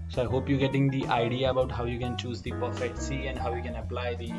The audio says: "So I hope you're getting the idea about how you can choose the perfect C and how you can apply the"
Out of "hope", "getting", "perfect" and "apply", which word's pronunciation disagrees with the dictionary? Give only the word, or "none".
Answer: perfect